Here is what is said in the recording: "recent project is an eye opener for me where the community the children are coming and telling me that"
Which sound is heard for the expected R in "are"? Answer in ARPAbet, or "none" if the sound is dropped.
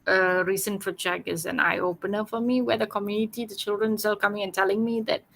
L